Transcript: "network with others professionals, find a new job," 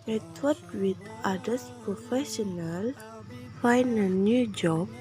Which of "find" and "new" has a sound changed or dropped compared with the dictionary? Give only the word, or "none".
find